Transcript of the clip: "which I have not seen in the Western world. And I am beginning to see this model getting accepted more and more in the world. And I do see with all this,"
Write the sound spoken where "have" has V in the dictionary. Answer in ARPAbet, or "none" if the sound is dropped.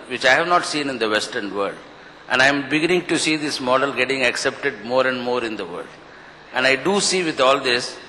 V